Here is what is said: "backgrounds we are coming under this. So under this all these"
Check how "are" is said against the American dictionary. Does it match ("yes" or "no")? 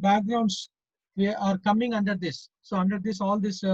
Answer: yes